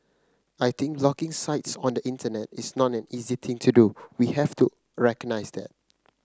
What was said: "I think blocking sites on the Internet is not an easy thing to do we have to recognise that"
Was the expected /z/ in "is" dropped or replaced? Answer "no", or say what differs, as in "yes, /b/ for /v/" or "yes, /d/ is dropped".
yes, /s/ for /z/